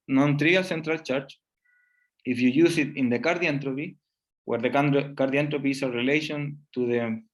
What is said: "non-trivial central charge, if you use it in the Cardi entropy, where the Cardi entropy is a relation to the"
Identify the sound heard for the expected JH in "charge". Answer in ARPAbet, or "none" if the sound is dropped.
CH